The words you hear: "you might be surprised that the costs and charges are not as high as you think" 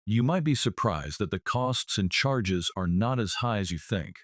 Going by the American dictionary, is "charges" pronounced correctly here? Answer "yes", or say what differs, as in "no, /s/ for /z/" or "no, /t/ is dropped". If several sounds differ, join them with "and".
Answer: yes